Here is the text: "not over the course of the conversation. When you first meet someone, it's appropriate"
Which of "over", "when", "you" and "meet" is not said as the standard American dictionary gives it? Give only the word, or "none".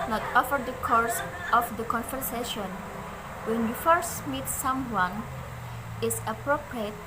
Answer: over